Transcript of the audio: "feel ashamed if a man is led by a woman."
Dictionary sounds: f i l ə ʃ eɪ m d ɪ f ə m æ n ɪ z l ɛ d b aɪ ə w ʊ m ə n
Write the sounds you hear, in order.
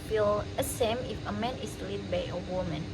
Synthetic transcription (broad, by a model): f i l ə s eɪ m ɪ f ə m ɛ n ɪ s l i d b aɪ ə w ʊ m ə n